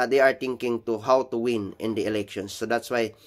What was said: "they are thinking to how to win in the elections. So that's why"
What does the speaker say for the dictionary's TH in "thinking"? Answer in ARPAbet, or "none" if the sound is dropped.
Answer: T